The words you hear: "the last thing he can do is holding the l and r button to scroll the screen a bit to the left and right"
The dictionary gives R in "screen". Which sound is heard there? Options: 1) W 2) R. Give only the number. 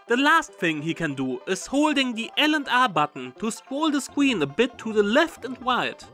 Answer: 1